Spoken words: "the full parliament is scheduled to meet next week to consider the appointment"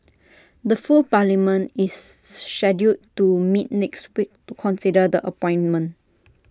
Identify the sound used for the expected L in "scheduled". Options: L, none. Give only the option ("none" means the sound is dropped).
none